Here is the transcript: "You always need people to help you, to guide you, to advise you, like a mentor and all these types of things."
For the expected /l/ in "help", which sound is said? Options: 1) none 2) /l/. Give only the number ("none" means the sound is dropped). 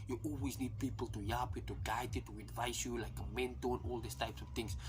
1